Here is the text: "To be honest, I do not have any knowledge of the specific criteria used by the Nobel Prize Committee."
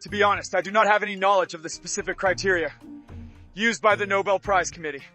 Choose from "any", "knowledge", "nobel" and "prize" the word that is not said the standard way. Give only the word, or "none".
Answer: none